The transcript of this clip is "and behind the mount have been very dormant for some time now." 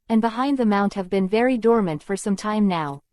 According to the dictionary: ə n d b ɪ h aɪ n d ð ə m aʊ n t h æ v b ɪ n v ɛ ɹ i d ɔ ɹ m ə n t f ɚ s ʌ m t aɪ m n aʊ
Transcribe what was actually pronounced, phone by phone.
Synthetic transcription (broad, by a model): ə n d b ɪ h aɪ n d ð ə m aʊ n t h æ v b ɪ n v ɛ ɹ i d ɔ ɹ m ə n t f ɚ s ʌ m t aɪ m n aʊ